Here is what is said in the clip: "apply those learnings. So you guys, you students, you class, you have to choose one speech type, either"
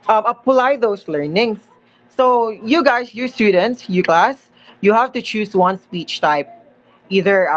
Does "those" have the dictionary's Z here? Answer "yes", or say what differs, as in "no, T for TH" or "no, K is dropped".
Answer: no, S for Z